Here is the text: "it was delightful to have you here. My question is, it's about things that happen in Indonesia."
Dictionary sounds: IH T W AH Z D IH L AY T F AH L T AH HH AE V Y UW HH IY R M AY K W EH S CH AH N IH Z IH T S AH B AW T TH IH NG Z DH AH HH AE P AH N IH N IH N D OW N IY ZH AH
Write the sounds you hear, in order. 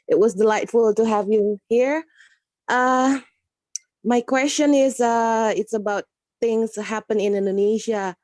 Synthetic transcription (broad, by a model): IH T W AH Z D IH L AY T F AH L T AH HH AE V Y UW HH IY R M AY K W EH S CH AH N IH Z IH T S AH B AW T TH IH NG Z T HH AE P AH N IH N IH N D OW N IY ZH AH